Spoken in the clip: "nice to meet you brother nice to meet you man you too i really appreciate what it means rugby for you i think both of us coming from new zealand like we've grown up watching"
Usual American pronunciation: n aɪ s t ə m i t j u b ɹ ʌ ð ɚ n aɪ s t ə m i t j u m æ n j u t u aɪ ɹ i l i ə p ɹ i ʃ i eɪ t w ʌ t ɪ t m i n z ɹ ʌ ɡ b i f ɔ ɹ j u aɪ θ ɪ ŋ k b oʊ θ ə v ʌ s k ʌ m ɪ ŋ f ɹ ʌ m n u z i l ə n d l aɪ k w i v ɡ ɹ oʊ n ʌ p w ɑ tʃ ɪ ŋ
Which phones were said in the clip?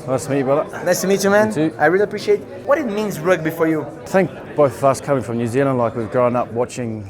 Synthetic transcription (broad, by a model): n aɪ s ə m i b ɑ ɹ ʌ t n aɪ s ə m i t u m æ n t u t aɪ ɹ i l i ə p ɹ i ʃ i eɪ t w ʌ t ɪ t m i n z ɹ ʌ ɡ b i f ɔ ɹ j u θ ɪ ŋ k b oʊ θ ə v ʌ s k ʌ m ɪ ŋ f ɹ ʌ m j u z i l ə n l aɪ k w i v ɡ ɹ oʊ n ʌ p w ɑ tʃ ɪ ŋ